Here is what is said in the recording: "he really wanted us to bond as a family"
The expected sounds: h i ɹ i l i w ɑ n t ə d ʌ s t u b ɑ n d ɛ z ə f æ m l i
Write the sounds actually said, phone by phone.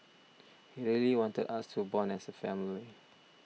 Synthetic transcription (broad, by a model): h i ɹ i l i w ɑ n t ə d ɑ s t u b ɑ n ɛ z ə f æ m l i